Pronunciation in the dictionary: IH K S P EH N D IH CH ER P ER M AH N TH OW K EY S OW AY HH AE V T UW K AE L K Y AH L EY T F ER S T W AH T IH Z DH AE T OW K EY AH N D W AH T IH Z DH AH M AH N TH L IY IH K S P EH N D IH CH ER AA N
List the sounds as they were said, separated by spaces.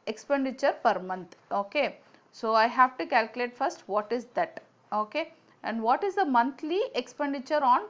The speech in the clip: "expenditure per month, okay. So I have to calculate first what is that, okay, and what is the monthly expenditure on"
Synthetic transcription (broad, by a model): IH K S P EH N D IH CH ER P ER M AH N T OW K EY S OW AY HH AE V T UW K AE L K Y AH L EY T F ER S T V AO T IH Z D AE T OW K EY AH N D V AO T IH Z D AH M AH N T L IY IH K S P EH N D IH CH ER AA N